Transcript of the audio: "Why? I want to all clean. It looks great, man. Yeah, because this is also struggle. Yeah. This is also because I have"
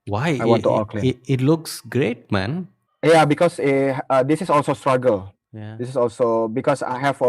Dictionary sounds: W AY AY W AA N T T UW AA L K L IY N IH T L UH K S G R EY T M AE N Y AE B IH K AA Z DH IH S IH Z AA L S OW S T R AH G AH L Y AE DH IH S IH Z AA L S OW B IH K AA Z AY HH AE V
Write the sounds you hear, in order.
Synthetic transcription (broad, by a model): W AY AY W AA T T UW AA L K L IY IH T L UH K S G R EY T M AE N Y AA B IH K AA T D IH S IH S AA L S OW S T R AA G AH L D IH S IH S AA L S OW B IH K AA S AY HH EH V